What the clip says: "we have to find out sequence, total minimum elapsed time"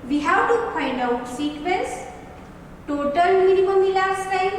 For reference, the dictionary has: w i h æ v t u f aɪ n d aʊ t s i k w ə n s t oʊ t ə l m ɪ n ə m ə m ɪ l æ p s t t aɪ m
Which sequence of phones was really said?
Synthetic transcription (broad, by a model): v i h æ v t u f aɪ n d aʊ t s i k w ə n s t oʊ t ə l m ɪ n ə m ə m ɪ l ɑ s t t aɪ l